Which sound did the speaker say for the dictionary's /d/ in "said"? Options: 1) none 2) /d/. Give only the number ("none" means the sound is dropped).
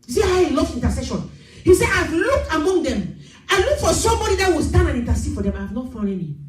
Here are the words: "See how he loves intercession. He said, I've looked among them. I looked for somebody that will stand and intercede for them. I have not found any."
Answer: 1